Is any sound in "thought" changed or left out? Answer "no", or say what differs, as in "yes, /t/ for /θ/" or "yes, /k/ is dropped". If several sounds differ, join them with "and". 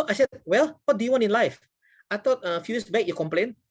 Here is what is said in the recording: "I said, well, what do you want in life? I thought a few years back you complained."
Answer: yes, /t/ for /θ/